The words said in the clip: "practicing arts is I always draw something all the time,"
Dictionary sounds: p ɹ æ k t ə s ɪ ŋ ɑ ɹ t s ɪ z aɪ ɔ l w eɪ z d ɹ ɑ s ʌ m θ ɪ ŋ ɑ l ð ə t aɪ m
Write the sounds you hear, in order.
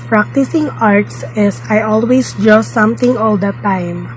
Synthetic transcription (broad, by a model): p ɹ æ k t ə s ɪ ŋ ɑ ɹ t s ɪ s aɪ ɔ l w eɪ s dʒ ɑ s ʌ m t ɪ ŋ ɑ l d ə t aɪ m